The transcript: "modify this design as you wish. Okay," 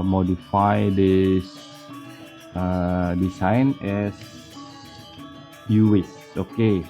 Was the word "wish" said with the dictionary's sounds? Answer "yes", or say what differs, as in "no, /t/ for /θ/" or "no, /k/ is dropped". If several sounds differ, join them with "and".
no, /s/ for /ʃ/